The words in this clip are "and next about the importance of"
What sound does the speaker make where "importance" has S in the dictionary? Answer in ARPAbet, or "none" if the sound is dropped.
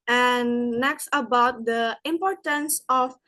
S